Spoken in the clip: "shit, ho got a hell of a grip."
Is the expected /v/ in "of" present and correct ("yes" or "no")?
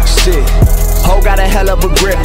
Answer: no